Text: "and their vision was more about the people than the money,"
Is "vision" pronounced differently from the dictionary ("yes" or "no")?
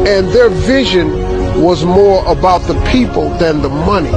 no